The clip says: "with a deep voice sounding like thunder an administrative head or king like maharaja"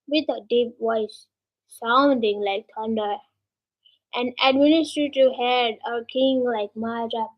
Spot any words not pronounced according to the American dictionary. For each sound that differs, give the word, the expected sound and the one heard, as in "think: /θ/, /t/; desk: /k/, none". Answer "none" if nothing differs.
voice: /v/, /w/; thunder: /θ/, /t/